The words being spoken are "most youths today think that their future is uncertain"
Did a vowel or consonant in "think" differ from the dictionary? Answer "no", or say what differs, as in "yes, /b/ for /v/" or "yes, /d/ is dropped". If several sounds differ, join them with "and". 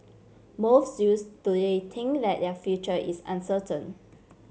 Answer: yes, /t/ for /θ/